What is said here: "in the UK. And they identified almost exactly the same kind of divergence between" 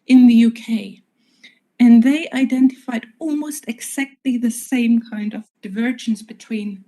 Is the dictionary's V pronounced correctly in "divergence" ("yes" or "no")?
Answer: yes